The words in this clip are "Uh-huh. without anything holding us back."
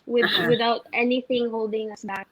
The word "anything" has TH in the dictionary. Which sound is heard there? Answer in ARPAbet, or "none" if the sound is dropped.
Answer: TH